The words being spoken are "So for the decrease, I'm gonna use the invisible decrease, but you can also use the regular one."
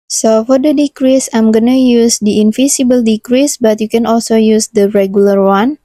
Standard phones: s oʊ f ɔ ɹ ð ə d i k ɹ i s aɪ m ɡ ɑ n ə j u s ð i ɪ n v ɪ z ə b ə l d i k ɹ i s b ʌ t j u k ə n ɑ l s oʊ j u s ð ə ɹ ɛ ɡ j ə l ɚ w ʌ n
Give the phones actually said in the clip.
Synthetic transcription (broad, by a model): s oʊ f ɔ ɹ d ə d i k ɹ i s aɪ m ɡ ɑ n ə j u s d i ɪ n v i s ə b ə l d i k ɹ i s b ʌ t j u k ə n ɑ l s oʊ j u s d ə ɹ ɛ ɡ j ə l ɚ w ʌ n